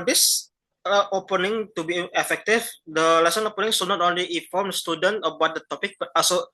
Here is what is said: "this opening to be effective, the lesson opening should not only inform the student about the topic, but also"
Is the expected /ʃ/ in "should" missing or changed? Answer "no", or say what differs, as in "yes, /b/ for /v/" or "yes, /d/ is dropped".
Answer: yes, /s/ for /ʃ/